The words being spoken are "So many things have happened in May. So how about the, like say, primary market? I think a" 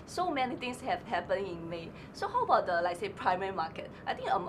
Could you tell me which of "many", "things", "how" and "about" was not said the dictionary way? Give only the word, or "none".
things